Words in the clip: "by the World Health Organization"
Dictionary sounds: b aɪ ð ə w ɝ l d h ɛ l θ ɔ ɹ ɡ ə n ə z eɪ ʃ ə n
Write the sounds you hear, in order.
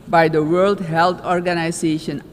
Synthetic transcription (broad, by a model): b aɪ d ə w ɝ l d h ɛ l t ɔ ɹ ɡ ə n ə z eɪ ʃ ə n